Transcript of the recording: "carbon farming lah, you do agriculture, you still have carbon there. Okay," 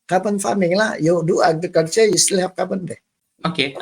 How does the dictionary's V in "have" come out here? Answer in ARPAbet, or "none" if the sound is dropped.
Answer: P